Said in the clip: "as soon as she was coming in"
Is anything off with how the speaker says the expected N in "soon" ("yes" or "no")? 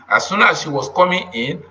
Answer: no